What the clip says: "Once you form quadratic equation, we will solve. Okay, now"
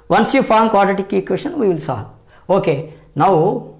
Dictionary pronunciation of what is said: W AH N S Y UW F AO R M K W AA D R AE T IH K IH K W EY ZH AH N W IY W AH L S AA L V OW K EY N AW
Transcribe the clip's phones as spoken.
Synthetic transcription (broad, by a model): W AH N S Y UW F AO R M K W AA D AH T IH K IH K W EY SH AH N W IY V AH L S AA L OW K EY N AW